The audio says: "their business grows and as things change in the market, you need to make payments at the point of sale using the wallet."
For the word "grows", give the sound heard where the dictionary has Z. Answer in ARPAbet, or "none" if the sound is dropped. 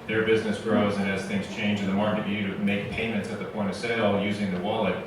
Z